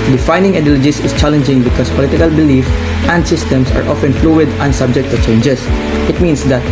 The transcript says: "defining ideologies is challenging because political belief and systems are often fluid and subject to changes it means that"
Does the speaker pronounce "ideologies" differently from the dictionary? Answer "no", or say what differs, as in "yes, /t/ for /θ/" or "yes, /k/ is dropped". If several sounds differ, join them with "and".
yes, /s/ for /z/